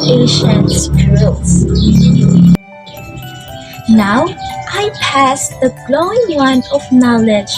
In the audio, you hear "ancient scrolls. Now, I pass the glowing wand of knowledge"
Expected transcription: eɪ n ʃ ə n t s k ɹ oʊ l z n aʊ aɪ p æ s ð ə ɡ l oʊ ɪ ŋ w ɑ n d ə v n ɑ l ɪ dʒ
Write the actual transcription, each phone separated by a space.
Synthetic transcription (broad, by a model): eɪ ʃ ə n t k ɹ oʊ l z n aʊ aɪ p æ s ð ə ɡ l oʊ ɪ ŋ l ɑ n ə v n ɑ l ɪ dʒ